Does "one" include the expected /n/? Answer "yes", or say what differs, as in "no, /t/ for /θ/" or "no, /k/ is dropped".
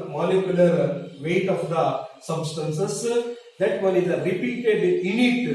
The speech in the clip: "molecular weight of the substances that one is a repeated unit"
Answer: no, /l/ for /n/